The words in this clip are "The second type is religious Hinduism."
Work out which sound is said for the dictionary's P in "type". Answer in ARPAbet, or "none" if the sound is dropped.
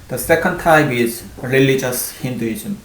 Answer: B